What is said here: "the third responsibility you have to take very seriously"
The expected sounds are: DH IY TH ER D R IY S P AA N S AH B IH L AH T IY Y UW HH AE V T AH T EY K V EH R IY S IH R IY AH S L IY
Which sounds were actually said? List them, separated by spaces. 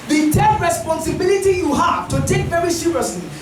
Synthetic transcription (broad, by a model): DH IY T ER R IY S P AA N S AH B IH L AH T IY Y UW HH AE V T AH T EY K V EH R IY S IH R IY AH S L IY